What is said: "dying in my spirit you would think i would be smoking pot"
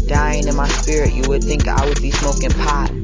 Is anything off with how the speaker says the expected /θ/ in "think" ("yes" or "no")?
no